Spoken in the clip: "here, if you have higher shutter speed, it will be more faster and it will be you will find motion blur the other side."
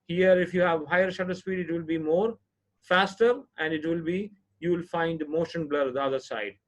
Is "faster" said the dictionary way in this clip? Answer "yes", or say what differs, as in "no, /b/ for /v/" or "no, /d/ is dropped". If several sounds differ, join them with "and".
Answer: yes